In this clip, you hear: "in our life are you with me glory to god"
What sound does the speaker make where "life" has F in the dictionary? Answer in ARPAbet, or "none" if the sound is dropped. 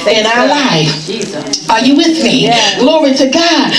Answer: none